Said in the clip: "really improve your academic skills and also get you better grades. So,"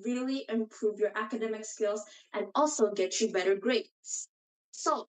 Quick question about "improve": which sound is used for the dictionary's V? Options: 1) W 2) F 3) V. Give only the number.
3